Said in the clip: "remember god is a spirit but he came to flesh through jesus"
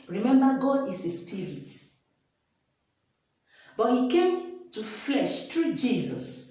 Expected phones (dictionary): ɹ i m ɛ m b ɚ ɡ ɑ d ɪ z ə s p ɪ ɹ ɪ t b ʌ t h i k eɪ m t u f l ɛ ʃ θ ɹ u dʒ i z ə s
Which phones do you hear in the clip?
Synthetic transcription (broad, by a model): ɹ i m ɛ m b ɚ ɡ ɑ d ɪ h ə s p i ɹ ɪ t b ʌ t h i k eɪ m t u f l ɛ ʃ t ɹ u dʒ i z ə s